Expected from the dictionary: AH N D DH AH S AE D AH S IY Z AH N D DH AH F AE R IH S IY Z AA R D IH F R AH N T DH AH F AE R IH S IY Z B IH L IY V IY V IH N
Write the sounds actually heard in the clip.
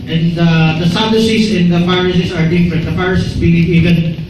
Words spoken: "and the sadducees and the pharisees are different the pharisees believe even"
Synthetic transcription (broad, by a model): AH N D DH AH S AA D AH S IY S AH N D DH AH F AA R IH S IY S AA R D IH F R AH N T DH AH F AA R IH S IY S B IH L IY V IY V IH N